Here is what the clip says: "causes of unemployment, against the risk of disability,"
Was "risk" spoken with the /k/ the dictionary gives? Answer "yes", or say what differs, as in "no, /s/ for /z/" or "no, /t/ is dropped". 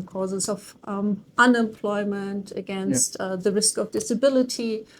yes